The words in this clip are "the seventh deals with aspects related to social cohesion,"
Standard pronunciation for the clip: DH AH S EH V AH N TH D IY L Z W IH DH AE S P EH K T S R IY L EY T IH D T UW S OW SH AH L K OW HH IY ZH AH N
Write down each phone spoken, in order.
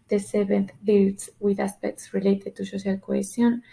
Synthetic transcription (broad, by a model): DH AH S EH B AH N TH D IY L S W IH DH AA S P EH K T S R IY L EY T IH D T UW S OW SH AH L K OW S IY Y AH N